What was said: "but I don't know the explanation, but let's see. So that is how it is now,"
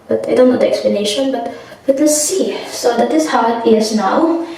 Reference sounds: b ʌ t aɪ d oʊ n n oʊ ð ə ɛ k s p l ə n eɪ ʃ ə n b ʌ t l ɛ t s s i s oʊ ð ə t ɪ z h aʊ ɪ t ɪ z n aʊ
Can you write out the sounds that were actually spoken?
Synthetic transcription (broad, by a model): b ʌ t aɪ d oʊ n n oʊ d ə ɛ k s p l ə n eɪ ʃ ə n b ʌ t w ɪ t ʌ s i s oʊ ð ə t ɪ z h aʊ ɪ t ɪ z n aʊ